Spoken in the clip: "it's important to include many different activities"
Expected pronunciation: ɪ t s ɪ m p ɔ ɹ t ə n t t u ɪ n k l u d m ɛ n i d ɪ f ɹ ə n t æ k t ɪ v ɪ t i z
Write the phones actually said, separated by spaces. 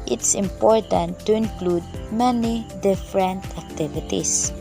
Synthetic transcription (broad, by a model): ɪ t s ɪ m p ɔ ɹ t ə n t t u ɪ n k l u d m ɛ n i d ɪ f ɹ ə n t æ k t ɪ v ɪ t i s